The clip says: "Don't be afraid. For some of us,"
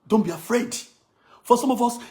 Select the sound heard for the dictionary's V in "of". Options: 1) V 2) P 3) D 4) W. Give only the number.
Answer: 1